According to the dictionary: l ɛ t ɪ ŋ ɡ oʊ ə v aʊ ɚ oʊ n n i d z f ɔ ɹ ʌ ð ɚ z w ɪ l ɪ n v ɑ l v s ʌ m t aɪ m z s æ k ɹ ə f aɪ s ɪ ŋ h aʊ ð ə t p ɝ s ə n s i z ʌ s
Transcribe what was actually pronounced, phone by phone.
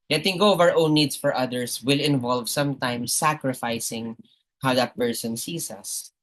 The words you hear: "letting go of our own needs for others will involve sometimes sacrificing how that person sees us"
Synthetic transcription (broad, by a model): l ɛ t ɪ ŋ ɡ oʊ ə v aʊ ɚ oʊ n n i d s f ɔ ɹ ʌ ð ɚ s w ɪ l ɪ n v ɑ l v s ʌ m t aɪ m s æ k ɹ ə f aɪ s ɪ ŋ h aʊ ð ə t p ɝ s ə n s i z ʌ s